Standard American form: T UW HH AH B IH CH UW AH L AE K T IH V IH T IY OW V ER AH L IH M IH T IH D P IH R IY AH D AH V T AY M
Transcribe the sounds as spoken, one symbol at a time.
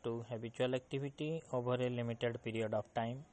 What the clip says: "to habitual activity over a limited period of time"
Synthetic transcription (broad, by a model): T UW HH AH B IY CH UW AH L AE K T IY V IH T IY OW B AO AH L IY M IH T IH D P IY R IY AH D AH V T AY M